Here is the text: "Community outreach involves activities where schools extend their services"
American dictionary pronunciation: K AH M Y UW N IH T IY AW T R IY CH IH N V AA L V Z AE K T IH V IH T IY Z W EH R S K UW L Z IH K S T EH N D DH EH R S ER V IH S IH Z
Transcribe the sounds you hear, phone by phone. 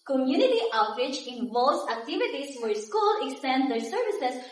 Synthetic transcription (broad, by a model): K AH M Y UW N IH T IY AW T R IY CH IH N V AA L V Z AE K T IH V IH T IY S W EH R S K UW L IH K S T EH N D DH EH R S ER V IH S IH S